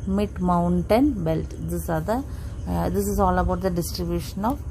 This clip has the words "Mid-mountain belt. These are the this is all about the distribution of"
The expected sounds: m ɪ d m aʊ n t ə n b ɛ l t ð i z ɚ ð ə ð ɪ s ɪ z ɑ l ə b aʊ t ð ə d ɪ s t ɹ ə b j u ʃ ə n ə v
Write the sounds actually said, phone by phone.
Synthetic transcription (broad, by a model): m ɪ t m aʊ n t ə n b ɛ l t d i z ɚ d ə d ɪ s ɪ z ɑ l ə b aʊ t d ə d ɪ s t ɹ ə b j u ʃ ə n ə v